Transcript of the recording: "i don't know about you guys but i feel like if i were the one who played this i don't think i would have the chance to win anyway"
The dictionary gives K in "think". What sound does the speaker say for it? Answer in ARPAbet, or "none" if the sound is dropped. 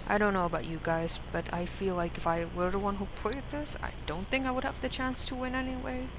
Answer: K